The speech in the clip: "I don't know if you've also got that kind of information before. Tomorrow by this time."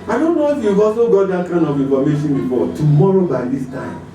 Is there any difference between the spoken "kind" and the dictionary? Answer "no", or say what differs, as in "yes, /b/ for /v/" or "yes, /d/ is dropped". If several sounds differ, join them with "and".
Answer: yes, /d/ is dropped